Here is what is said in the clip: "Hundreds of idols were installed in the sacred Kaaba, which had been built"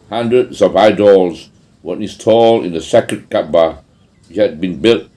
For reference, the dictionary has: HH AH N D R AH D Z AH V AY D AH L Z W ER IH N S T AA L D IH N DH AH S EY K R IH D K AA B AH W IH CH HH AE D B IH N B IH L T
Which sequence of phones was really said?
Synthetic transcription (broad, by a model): HH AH N D R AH D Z AH V AY D AH L Z W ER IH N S T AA L IH N DH AH S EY K IH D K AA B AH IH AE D B IH N B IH L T